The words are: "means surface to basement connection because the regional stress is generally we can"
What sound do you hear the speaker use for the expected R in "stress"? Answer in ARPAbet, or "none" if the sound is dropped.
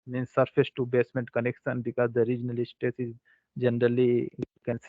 none